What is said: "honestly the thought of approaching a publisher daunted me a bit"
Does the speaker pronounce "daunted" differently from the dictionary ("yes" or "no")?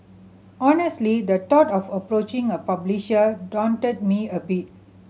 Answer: no